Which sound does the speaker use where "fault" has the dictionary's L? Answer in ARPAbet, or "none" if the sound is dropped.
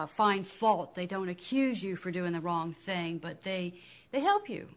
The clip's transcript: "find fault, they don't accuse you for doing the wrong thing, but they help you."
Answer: L